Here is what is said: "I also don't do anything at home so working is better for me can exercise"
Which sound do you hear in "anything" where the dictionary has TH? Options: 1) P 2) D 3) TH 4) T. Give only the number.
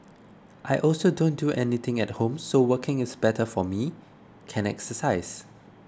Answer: 4